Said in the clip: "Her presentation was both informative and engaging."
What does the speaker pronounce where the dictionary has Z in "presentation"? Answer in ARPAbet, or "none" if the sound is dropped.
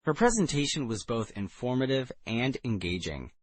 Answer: Z